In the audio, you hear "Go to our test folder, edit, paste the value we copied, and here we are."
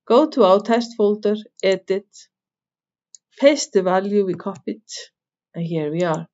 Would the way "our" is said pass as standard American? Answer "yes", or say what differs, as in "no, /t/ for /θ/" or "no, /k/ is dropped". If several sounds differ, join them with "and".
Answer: no, /w/ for /ɹ/